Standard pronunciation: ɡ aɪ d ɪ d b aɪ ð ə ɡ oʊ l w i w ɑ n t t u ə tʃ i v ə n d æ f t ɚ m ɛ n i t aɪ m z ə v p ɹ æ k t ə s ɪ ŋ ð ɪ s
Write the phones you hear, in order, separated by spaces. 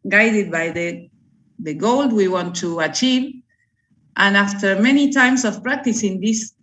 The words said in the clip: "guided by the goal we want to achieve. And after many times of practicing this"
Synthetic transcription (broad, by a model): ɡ aɪ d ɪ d b aɪ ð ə ɡ oʊ l w i w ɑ n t t u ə tʃ i v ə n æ f t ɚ m ɛ n i t aɪ m s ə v p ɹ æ k t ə s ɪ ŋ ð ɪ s